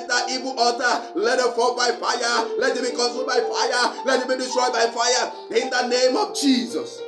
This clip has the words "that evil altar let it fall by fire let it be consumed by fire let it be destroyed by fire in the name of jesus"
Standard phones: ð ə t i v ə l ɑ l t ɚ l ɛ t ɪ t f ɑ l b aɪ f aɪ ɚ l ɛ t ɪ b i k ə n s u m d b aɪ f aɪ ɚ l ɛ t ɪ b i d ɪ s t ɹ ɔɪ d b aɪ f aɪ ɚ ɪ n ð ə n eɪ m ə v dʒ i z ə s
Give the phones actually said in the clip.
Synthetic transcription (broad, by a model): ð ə t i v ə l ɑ t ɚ l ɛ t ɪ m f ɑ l b aɪ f aɪ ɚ l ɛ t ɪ b i k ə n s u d b aɪ f aɪ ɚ l ɛ t ɪ b i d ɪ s t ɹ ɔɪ b aɪ f aɪ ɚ ɪ n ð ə n eɪ m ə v dʒ i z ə s